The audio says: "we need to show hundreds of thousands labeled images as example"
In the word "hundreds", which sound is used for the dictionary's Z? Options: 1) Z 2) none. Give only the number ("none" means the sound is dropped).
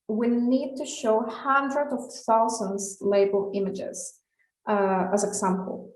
2